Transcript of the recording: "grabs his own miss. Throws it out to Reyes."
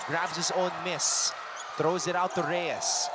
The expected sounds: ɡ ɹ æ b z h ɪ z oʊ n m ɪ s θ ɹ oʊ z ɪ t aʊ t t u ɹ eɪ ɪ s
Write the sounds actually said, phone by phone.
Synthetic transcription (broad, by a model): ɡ ɹ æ b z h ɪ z oʊ n m ɪ s θ ɹ oʊ z ɪ t aʊ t t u ɹ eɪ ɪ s